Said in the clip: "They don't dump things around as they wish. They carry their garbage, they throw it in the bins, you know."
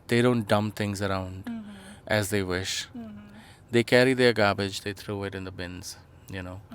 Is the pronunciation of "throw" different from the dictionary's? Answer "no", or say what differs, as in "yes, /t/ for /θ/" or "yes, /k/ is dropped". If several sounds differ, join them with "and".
yes, /t/ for /θ/